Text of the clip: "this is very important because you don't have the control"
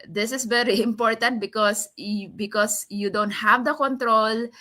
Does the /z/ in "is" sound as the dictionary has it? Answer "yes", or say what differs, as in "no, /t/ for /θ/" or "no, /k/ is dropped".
no, /s/ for /z/